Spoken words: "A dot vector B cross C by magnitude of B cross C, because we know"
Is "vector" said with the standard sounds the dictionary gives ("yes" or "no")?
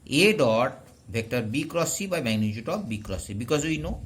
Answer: no